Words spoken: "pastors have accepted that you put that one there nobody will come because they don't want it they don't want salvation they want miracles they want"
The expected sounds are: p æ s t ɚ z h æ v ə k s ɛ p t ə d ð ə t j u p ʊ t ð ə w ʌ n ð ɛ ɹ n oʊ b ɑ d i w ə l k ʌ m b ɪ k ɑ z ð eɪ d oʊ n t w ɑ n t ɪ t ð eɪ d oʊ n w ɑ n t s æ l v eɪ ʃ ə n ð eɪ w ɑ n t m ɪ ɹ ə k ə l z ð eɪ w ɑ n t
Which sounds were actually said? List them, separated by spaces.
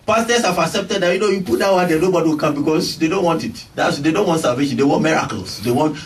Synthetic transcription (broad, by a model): p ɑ s t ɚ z h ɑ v ə k s ɛ p t ə d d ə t j u p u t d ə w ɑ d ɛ n oʊ b ɑ d i w ə l k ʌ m b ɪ k ɑ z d eɪ d oʊ n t w ɑ n t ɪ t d eɪ d oʊ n w ɑ n t s æ l v eɪ ʃ ə n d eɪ w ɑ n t m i ɹ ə k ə l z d eɪ w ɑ n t